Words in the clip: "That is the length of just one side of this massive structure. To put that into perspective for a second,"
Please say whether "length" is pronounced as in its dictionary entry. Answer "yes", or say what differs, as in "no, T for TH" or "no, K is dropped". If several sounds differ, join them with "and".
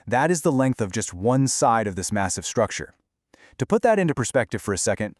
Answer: yes